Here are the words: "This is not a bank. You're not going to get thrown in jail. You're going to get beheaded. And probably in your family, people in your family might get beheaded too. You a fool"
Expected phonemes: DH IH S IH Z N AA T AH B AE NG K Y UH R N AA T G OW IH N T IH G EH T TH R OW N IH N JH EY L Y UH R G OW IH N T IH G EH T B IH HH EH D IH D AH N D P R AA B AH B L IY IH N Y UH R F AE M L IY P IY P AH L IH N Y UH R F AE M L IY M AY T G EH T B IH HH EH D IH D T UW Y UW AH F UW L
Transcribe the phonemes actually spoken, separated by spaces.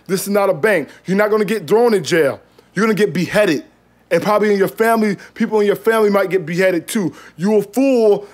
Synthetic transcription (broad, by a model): DH IH S IH Z N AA T AH B AE NG K Y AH R N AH T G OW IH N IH G EH T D R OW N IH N JH EY L Y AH R G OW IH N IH G EH T B IH HH EH D IH D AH N P R AA B AH B L IY IH N Y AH R F AE M L IY P IY P L IH N Y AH R F AE M L IY M AY T G EH T B IH HH EH D IH D T UW Y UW AH F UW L